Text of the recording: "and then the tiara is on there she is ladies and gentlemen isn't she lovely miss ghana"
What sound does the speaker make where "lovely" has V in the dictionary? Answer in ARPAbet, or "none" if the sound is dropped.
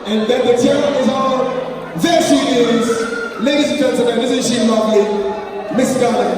none